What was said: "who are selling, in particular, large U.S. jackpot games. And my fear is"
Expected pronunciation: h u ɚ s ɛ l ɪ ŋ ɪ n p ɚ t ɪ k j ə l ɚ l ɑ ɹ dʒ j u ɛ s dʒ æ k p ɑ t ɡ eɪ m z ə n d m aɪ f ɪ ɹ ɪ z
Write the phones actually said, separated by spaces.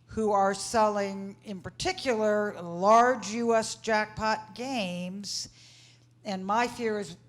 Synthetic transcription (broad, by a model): h u ɚ s ɛ l ɪ ŋ ɪ n p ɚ t ɪ k j l ɚ l ɑ ɹ dʒ j u ɛ s dʒ æ k p ɑ t ɡ eɪ m z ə n m aɪ f ɪ ɹ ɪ z